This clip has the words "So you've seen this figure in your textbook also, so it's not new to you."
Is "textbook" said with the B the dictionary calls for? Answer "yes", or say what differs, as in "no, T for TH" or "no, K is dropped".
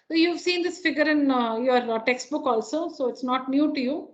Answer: yes